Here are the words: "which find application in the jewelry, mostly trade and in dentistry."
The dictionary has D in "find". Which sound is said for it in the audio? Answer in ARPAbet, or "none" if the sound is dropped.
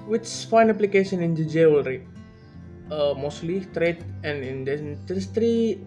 none